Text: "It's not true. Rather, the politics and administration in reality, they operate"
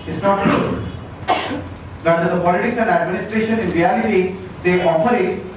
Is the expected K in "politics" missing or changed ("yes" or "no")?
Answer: yes